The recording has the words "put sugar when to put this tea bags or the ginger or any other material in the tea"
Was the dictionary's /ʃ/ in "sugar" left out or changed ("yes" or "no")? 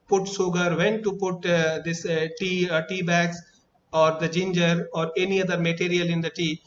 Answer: yes